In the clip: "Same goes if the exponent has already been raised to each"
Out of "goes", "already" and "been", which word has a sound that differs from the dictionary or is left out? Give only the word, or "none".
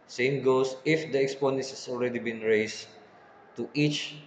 goes